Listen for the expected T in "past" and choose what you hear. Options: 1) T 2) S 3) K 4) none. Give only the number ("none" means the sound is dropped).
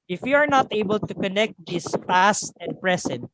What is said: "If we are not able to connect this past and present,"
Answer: 1